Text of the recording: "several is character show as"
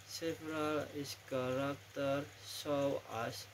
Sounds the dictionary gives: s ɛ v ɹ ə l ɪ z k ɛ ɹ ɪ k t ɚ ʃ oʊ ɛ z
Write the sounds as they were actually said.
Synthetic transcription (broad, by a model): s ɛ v ɹ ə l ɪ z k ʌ ɹ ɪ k t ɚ s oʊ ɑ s